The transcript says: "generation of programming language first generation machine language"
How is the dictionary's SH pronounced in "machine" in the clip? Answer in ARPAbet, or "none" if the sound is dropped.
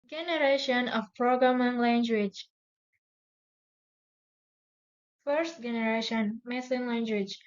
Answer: S